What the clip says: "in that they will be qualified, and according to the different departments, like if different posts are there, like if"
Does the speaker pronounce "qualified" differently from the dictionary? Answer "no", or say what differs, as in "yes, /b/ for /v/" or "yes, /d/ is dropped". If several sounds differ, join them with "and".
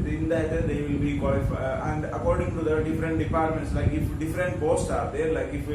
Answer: yes, /d/ is dropped